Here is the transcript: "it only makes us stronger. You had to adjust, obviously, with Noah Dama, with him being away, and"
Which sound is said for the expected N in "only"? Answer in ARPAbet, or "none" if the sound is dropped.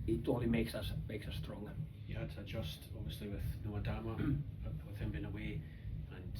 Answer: none